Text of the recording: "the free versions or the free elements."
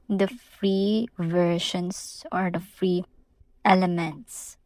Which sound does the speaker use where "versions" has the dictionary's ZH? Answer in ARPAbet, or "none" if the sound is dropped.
SH